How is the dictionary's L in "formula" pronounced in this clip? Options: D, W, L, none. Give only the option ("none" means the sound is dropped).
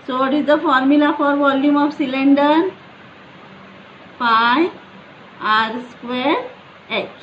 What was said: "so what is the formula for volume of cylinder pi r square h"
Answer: L